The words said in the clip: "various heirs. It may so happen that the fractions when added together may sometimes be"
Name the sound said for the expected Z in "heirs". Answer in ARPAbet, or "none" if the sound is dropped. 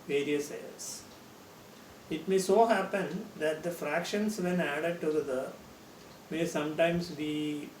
S